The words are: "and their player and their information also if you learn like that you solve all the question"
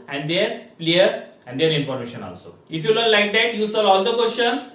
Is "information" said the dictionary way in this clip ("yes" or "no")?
no